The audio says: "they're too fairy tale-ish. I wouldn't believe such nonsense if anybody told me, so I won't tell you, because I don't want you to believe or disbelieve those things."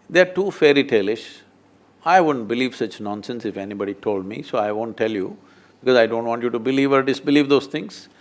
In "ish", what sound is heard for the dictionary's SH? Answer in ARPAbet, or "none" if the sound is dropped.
SH